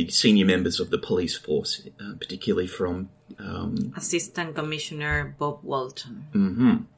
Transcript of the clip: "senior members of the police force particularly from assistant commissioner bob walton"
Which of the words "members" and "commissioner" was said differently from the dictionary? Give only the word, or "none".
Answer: none